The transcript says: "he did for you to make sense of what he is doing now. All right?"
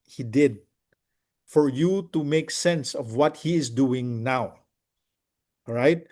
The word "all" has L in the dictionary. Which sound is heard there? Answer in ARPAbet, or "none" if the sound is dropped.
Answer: W